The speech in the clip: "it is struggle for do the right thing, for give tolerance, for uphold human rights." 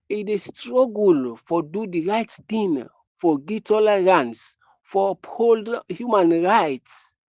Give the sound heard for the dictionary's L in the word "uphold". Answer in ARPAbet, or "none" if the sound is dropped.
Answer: L